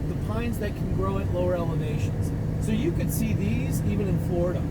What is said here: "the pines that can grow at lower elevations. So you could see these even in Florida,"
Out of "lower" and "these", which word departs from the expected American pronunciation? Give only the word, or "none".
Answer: none